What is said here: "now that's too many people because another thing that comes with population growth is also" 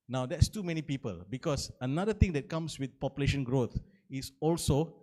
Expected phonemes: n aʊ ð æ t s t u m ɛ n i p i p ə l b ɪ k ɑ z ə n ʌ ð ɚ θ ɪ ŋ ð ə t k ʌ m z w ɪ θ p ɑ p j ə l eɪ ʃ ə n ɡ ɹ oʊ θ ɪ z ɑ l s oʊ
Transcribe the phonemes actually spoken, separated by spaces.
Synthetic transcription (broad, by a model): n aʊ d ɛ t s t u m ɛ n i p i p ə l b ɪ k ɑ s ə n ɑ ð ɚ t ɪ ŋ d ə t k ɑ m s w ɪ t p ɑ p j ə l eɪ ʃ ə n ɡ ɹ oʊ t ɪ s ɑ l s oʊ